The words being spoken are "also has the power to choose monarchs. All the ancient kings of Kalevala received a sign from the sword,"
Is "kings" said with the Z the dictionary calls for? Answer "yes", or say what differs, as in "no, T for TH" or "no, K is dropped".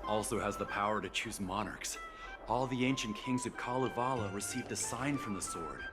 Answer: yes